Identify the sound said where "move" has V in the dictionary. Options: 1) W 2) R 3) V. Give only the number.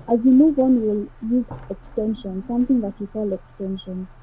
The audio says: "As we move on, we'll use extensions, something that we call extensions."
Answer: 1